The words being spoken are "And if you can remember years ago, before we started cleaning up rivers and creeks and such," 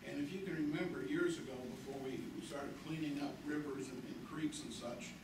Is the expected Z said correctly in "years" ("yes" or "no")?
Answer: yes